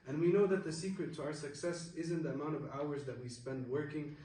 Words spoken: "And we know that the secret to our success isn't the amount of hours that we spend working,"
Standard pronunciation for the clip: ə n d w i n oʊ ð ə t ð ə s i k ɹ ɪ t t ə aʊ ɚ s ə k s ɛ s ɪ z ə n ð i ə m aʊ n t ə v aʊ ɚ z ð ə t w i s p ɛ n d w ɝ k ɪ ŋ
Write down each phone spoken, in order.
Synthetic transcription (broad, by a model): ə n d w i n oʊ ð ə t ð ə s i k ɹ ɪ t t ə aʊ ɚ s ə k s ɛ s ɪ z ə n ð i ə m aʊ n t ə v aʊ ɚ z ð ə t w i s p ɛ n d w ɝ k ɪ ŋ